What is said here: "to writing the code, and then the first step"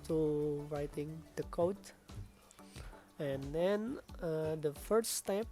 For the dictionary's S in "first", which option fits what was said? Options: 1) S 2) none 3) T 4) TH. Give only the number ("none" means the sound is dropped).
2